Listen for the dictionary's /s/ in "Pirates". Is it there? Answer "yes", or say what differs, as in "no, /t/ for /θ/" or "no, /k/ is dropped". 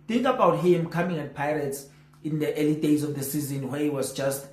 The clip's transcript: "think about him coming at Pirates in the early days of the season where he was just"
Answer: yes